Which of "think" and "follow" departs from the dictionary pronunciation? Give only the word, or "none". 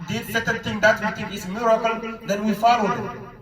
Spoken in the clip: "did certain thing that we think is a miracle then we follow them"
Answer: think